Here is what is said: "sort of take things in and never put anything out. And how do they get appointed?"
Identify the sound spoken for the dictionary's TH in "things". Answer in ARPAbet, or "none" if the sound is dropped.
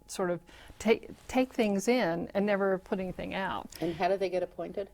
TH